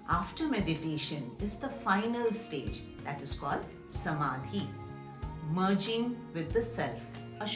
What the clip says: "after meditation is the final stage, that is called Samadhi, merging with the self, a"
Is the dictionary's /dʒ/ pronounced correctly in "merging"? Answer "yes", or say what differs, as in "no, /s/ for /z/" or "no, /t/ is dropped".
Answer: yes